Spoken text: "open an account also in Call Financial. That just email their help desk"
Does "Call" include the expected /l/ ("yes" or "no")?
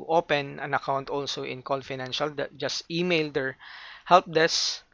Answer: no